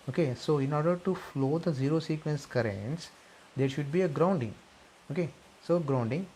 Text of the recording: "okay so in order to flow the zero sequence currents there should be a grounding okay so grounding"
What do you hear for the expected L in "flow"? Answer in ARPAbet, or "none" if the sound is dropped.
L